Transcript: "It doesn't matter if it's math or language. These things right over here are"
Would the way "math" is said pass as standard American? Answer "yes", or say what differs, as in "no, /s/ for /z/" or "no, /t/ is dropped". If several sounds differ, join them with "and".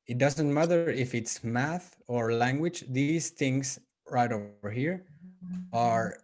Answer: yes